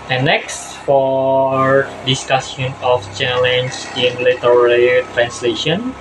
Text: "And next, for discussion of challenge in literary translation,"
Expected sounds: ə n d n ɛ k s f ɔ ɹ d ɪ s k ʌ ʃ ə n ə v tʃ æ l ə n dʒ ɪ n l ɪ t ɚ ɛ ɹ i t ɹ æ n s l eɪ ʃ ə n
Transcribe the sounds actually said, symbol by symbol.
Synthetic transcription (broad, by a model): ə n n ɛ k s f ɔ ɹ d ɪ s k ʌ s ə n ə f tʃ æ l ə n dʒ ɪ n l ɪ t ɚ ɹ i t ɹ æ n s l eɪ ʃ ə n